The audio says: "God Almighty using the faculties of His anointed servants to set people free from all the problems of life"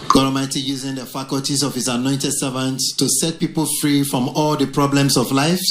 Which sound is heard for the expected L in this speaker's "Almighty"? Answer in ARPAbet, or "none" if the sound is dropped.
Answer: none